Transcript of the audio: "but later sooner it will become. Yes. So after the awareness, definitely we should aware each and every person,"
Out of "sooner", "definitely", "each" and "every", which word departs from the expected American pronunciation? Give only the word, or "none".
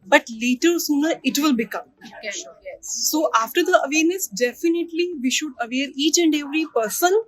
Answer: none